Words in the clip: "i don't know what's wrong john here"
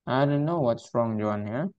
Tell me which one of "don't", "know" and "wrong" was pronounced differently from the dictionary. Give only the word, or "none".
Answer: none